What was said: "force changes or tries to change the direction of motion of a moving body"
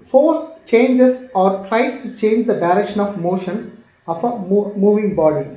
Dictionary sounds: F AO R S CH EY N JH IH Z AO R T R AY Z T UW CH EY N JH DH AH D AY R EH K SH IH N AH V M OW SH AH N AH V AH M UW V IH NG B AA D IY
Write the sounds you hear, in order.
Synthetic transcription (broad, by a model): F AO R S CH EY N JH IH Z AO R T R AY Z T UW CH EY N JH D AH D AY R EH K SH IH N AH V M OW SH AH N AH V AH M UW V IH NG B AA D IY